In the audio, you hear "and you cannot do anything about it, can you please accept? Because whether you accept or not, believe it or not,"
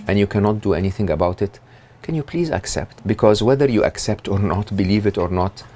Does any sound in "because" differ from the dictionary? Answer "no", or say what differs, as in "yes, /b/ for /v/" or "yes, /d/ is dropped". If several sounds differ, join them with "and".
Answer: no